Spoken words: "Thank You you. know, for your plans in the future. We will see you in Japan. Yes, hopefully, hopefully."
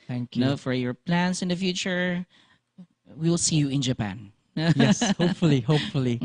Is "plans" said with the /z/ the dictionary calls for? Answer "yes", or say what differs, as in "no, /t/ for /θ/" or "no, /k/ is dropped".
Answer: no, /s/ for /z/